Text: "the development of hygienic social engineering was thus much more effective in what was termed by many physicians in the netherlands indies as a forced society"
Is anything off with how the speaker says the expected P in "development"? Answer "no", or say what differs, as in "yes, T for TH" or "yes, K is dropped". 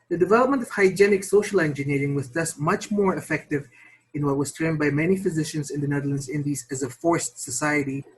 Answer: no